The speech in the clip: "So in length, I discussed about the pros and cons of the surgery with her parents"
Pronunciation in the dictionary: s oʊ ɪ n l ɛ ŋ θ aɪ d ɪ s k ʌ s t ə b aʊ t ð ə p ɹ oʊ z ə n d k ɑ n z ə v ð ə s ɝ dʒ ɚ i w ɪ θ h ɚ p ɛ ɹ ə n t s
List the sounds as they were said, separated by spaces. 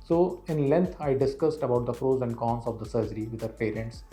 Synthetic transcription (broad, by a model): s oʊ ɪ n l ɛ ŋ t aɪ d ɪ s k ʌ s t ə b aʊ t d ə f ɹ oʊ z ə n d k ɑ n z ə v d ə s ɝ dʒ ɚ i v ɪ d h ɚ p ɛ ɹ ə n t s